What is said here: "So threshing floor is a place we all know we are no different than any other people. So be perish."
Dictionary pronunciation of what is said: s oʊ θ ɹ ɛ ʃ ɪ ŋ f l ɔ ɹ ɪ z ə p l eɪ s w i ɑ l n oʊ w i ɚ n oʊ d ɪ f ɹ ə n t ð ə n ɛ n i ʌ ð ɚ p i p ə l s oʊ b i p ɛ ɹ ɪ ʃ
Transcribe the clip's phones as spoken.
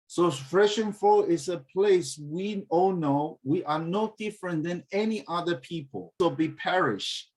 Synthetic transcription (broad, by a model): s oʊ f ɹ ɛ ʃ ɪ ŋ f ɔ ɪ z ə p l eɪ s w i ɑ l n oʊ w i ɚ n oʊ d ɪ f ɹ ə n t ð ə n ɛ n i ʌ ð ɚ p i p ə l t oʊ b i p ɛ ɹ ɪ ʃ